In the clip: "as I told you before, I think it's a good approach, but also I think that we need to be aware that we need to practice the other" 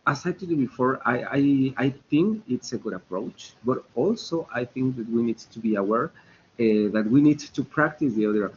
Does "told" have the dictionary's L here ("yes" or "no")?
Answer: no